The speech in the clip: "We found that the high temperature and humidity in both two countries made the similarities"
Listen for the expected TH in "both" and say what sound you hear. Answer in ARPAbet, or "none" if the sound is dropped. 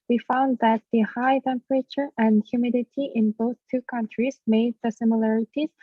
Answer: TH